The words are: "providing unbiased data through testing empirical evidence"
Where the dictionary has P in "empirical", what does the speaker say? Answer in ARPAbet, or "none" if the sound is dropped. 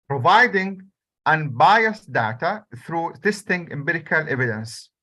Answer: B